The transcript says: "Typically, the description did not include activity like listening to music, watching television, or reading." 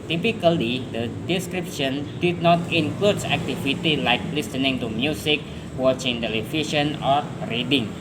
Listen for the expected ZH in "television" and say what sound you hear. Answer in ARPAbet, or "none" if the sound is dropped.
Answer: SH